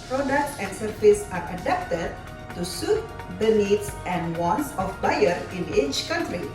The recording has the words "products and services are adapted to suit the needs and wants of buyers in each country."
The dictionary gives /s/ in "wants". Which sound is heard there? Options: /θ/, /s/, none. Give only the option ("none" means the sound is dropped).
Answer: /s/